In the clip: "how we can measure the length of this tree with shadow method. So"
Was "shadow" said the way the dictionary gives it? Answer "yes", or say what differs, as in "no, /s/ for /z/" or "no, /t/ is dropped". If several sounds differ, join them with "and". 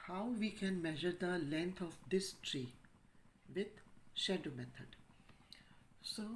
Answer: yes